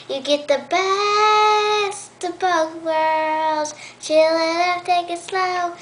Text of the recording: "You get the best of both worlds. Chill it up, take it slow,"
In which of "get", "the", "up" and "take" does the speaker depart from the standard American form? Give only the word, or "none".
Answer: up